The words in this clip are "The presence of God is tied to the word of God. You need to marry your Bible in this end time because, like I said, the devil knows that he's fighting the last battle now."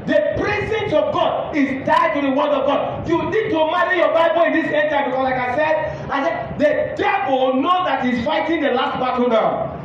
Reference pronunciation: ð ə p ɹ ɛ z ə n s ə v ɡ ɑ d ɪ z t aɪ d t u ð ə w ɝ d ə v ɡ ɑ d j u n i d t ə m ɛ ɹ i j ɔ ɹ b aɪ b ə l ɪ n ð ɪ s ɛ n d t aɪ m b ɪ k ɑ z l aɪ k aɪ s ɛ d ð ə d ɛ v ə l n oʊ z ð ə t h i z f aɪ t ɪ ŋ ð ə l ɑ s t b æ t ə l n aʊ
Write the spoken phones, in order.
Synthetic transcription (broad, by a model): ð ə p ɹ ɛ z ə n s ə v ɡ ɑ d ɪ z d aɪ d t u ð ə w ɝ d ə v ɡ ɑ d j u n i d t ə m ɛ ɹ i j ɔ b aɪ b ə l ɪ n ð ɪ s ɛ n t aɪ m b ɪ k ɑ s l aɪ k aɪ s ɛ d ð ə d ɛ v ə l n oʊ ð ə t h i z f aɪ t ɪ ŋ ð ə l ɑ s t b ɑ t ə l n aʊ